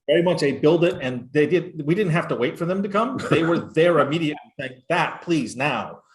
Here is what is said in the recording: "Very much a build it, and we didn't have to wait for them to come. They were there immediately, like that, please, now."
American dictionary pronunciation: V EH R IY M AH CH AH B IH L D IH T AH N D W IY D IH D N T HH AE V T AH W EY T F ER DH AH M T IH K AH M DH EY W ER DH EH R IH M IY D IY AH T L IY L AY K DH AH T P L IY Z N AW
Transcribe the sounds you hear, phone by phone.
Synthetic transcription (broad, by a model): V EH R IY M AH CH AH B IH L D IH T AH N D W IY D IH D N T HH AE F T AH W EY T F ER DH AH M T IH K AH M DH EY W ER DH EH R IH M IY D IY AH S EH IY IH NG DH AH T P L IY Z N AW